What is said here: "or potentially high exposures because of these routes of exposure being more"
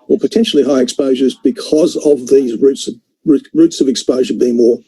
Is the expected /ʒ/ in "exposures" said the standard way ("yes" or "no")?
yes